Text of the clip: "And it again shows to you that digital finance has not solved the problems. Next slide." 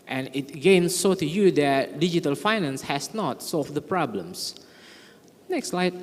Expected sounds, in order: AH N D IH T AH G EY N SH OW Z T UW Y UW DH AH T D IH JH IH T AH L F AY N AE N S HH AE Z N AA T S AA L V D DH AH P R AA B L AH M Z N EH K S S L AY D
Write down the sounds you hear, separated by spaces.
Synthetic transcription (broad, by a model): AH N IH T G EY N S OW T UW Y UW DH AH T D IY JH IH T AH L F AY N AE N S HH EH S N AA T S AA L F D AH P R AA B L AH M S N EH K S S L AY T